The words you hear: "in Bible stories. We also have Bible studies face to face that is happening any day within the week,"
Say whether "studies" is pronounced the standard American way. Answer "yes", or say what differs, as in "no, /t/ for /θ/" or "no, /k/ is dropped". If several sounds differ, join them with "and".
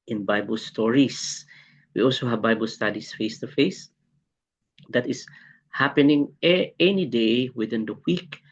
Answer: no, /s/ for /z/